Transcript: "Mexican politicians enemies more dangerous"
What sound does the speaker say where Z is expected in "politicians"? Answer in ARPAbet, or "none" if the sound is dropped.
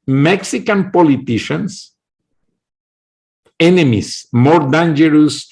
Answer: S